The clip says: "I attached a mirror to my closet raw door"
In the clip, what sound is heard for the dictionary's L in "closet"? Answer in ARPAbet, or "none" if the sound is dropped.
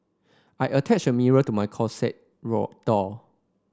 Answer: none